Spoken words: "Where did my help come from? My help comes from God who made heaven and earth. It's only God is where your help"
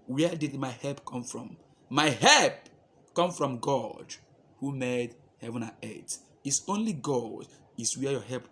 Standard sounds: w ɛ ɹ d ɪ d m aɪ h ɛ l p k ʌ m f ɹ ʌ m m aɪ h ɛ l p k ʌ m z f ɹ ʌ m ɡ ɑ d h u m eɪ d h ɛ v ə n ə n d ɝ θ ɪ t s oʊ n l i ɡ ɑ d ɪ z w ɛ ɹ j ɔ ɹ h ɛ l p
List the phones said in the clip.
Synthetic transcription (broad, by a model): w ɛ d ɪ d m aɪ h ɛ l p k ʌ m f ɹ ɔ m m aɪ h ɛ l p k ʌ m f ɹ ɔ m ɡ ɑ d h u m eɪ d h ɛ v ə n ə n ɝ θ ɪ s oʊ n l i ɡ ɑ d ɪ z w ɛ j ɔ h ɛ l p